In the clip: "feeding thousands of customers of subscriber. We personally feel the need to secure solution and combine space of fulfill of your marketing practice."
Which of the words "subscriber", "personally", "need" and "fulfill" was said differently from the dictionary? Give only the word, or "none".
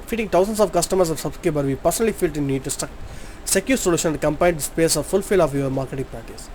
subscriber